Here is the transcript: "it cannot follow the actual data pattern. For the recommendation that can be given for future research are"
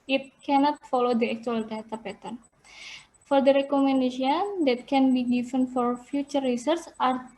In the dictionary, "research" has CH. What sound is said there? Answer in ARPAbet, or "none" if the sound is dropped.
S